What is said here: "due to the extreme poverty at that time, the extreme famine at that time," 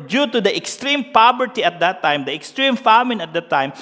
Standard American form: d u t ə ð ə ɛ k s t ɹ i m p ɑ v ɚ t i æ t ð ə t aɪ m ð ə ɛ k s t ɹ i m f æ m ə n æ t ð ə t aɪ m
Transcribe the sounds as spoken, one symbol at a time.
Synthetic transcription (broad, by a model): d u t ə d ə ɛ k s t ɹ i m p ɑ b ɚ t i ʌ t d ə t aɪ m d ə ɛ k s t ɹ i m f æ m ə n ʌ t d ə t aɪ m